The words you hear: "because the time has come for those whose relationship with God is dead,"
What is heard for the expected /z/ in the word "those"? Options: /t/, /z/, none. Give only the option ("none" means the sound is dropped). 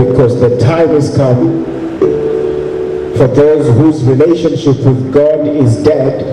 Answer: /z/